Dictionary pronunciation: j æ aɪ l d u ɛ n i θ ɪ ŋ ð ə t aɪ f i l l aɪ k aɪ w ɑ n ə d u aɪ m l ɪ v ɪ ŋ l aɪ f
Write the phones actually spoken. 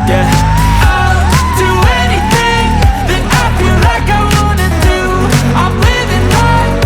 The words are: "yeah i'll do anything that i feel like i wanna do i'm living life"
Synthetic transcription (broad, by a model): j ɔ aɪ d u ɛ n i θ ɪ ŋ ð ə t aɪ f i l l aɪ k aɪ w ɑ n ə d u aɪ m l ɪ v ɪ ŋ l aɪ